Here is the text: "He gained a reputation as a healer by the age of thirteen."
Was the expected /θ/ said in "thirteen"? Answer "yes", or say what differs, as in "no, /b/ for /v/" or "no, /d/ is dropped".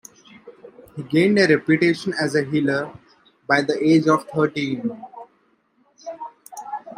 no, /t/ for /θ/